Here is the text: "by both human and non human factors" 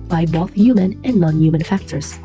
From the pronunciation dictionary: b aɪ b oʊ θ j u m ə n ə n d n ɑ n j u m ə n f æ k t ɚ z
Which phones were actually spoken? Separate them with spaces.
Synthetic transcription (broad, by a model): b aɪ b oʊ θ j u m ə n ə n n ɑ n j u m ə n f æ k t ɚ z